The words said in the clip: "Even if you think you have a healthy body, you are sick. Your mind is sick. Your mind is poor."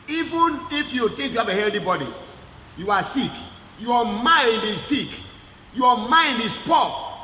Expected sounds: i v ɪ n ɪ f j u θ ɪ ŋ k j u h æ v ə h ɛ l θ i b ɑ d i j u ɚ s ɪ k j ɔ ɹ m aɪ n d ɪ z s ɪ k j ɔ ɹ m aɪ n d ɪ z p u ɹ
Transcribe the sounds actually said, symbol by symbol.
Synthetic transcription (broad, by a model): i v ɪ n ɪ f j u t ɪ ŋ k j u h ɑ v ə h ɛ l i b ɑ d i j u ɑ s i k j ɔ m aɪ n d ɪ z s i k j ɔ m aɪ n d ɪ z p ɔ